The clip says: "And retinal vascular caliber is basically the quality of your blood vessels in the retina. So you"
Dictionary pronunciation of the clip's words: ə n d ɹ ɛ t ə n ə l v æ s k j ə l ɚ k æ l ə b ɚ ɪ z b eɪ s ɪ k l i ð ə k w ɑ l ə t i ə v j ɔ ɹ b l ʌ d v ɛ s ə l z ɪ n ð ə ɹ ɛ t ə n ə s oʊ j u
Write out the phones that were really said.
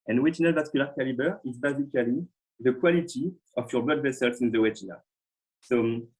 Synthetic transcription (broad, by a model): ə n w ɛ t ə n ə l v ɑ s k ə l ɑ k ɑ l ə b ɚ ɪ z b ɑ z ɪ k l i ð ə k w ɑ l ə t i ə f j ɔ ɹ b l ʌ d v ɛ s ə l s ɪ n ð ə w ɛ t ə n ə s oʊ